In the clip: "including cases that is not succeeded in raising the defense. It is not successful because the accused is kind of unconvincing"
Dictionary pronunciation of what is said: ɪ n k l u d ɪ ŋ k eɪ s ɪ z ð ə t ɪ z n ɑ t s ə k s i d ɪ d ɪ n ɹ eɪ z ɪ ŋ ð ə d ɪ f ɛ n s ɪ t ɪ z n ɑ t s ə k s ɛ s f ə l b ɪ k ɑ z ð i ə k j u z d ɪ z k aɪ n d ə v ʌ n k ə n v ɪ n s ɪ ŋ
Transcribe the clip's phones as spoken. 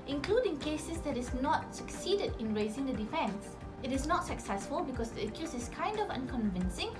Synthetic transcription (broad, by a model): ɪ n k l u d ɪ ŋ k eɪ s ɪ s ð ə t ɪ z n ɑ t s ə k s i d ɪ d ɪ n ɹ eɪ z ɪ ŋ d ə d ɪ f ɛ n s ɪ t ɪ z n ɑ t s ə k s ɛ s f ə l b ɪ k ɑ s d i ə k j u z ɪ s k aɪ n d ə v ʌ n k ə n v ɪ n s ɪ ŋ